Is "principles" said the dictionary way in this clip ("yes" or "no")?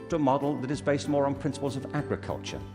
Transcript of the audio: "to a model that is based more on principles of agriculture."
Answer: yes